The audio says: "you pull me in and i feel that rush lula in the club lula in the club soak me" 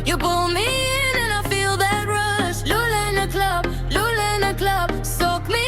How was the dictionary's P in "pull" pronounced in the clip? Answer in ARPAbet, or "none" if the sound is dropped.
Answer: B